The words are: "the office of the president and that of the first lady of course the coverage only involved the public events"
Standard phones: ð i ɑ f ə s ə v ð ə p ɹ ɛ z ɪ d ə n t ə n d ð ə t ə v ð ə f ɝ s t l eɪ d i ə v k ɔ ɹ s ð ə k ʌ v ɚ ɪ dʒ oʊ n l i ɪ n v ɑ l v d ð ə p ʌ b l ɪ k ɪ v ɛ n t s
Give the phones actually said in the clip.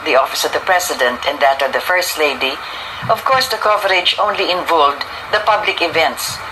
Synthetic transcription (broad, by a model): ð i ɑ f ə s ə v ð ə p ɹ ɛ s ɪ d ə n t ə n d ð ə t ə v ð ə f ɝ s t l eɪ d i ə v k ɔ ɹ s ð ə k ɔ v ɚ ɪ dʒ oʊ n l i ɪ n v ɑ l d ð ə p ʌ b l ɪ k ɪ v ɛ n t s